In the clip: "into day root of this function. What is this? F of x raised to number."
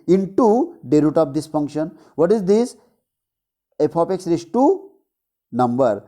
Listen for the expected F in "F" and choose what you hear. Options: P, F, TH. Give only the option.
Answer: P